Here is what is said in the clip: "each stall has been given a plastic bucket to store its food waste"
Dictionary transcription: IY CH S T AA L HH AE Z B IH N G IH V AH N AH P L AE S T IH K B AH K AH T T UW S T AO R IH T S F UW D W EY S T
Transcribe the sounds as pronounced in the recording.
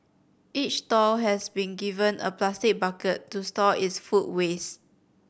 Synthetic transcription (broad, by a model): IY CH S T AA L HH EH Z B IH N G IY V AH N AH P L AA S T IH K B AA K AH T T UW S T AO IH T S F UW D W EY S